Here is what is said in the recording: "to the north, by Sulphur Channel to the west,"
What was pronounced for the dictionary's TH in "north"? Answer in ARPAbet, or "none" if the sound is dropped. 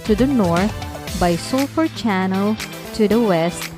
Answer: T